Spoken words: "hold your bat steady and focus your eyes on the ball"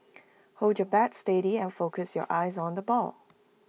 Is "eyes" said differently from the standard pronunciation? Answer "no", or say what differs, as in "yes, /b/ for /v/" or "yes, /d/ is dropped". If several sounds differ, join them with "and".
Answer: no